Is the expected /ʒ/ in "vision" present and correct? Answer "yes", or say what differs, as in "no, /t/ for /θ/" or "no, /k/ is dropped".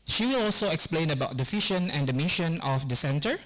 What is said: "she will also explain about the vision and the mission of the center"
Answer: no, /ʃ/ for /ʒ/